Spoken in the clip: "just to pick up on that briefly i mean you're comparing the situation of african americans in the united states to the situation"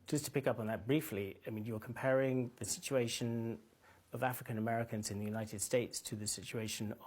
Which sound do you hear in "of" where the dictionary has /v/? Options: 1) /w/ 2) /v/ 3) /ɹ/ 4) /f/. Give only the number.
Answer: 2